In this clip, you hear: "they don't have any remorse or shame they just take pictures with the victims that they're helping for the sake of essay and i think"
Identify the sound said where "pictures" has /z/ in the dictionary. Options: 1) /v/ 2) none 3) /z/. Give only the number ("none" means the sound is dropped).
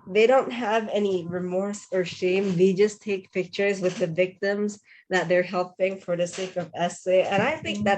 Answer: 3